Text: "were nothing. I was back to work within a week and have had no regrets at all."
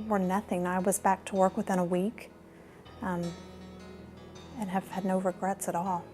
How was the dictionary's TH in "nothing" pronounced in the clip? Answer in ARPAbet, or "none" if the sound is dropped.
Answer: TH